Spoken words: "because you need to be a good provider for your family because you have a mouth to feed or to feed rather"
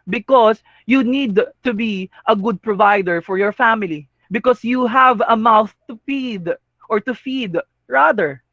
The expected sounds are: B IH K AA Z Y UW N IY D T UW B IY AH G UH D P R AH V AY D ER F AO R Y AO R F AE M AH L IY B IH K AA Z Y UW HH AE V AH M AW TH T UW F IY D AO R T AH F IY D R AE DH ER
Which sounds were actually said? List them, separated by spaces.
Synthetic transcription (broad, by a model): B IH K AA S Y UW N IY D T UW B IY AH G UH D P R AH V AY D ER F AO R Y AO R F AE M AH L IY B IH K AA S Y UW HH AE V AH M AW TH T UW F IY D AO R T AH F IY D R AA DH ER